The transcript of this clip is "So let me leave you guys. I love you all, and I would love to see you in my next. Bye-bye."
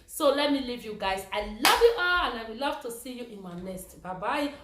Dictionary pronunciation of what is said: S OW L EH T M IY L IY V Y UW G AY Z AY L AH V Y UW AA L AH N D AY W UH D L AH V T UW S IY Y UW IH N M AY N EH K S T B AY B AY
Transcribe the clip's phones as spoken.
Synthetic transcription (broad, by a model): S OW L EH T M IY L IY V Y UW G AY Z AY L AH V Y UW AA L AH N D AY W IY L AH V T UW S IY Y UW IH N M AY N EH S T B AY B AY